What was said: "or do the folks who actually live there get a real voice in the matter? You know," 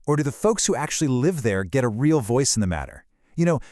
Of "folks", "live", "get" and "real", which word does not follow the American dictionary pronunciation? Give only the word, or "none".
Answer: none